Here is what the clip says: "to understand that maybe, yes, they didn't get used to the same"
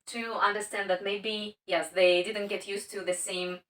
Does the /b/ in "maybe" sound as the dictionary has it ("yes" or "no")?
yes